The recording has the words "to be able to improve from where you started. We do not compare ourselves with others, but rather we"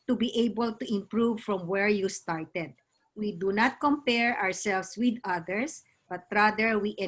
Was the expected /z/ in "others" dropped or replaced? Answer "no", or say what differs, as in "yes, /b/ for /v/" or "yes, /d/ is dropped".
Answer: yes, /s/ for /z/